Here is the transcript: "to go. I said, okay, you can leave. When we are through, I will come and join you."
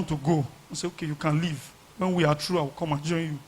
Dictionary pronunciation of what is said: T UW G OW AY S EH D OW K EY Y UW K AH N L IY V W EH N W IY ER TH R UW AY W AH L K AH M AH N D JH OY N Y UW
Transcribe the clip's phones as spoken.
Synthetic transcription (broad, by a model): T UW G OW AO S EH OW K EY Y UW K AH N L IY V W EH N W IY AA T R UW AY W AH K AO M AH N JH OY N Y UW